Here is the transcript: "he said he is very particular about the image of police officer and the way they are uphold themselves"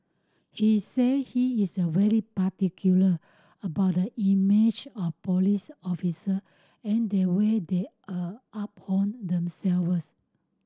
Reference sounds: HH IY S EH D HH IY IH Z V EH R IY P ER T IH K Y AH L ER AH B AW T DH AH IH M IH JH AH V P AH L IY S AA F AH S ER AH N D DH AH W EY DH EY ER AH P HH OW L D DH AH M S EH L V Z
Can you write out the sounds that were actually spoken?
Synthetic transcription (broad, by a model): HH IY S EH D HH IY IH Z V EH R IY P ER T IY K Y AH L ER AH B AW T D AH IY M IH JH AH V P AH L IY S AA F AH S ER AH N D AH W EY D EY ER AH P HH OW N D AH M S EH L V S